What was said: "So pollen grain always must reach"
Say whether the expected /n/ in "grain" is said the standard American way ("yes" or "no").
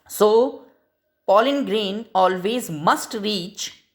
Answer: yes